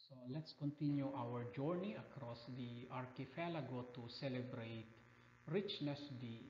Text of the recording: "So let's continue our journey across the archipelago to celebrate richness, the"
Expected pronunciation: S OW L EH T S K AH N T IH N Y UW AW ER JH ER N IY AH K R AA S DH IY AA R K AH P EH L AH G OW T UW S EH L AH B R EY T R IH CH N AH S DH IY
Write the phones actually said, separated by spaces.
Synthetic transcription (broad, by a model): S OW L EH T S K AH N T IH N Y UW AW ER JH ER N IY AH K R AA S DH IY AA R K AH F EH L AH G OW T UW S EH L AH B R EY T R IH CH N AH S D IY